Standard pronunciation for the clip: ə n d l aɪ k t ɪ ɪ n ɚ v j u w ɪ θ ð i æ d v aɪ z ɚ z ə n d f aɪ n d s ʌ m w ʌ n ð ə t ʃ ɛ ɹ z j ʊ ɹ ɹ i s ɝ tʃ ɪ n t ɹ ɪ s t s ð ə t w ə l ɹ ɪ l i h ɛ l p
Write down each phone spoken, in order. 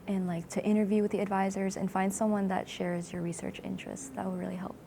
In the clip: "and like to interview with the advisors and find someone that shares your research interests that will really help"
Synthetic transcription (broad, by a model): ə n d l aɪ k t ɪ ɪ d ɚ v j u w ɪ ð i æ d v aɪ z ɚ z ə n f aɪ n d s ʌ m w ʌ n ð ə t ʃ ɛ ɹ z j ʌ ɹ ɹ i s ɝ tʃ ɪ n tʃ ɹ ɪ s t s ð ə t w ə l ɹ ɪ l i h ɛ l p